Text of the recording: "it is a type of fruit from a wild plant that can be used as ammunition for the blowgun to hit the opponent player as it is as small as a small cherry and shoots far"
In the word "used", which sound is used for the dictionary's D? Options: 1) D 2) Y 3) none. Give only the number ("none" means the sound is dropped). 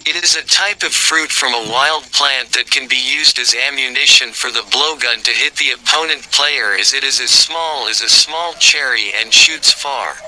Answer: 1